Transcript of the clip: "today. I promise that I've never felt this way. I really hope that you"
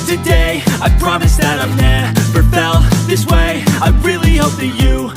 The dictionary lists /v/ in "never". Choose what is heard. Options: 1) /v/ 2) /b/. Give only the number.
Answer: 2